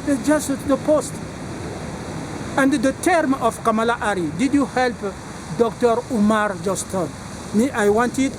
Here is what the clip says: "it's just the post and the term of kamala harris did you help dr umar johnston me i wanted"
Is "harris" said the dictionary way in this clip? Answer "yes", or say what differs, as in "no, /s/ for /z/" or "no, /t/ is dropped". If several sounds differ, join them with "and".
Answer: no, /s/ is dropped